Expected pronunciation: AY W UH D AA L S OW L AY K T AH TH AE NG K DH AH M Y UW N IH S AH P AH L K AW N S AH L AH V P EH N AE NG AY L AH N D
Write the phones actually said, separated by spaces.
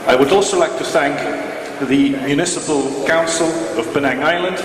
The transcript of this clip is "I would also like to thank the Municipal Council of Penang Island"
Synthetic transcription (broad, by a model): AY W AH D AA L S OW L AY K T AH TH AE NG K DH AH M Y UW N IH S AH P AH L K AW N S AH L AH V B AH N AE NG AY L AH N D